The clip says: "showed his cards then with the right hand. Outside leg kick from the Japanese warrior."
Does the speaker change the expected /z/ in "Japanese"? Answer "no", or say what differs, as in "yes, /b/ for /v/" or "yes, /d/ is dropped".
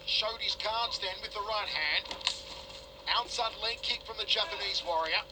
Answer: no